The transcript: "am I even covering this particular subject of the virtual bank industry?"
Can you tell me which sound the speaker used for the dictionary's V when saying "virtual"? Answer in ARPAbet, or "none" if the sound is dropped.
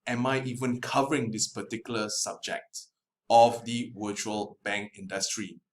W